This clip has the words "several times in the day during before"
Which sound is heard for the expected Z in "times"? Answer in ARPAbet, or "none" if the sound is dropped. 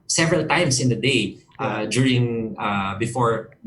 S